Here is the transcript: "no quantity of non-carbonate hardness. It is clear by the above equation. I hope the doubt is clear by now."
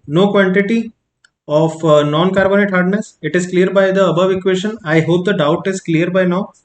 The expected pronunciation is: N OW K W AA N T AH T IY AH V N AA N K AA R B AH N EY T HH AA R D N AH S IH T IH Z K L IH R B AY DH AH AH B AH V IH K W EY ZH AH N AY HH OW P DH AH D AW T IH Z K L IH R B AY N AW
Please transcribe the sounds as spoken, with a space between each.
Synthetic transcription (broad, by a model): N OW K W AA N T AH T IY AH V N AA N K AA R B AH N EY T HH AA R D N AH S IH T IH Z K L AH R B AY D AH AH B AH V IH K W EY SH AH N AY HH OW P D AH D AW T IH Z K L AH R B AY N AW